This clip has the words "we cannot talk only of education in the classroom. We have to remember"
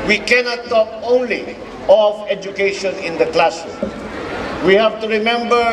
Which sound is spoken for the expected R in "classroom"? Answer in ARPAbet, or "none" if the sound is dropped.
none